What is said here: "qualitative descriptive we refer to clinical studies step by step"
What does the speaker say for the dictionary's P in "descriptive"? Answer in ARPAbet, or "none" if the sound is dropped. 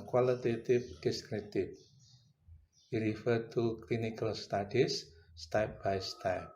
none